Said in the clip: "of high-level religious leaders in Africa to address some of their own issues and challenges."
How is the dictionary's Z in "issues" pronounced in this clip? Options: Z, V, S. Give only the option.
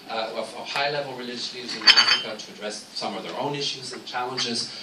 Z